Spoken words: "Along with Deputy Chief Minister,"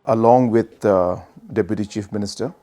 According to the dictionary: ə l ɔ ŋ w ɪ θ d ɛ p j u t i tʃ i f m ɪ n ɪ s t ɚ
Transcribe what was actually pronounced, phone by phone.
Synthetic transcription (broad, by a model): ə l ɔ ŋ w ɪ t d ɛ p j u t i tʃ i f m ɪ n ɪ s t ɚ